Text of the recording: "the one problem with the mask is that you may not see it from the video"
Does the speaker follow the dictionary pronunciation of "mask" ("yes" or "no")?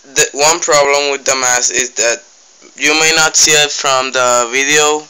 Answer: no